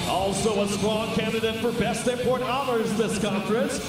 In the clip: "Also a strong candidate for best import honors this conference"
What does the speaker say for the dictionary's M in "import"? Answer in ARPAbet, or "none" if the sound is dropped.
none